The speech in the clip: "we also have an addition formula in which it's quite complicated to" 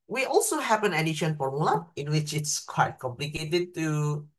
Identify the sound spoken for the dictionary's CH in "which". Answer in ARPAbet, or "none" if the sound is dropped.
CH